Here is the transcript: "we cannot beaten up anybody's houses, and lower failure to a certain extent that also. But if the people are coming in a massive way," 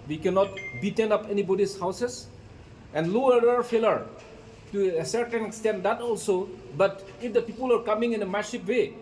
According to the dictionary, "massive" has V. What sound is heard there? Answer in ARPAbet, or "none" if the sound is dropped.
P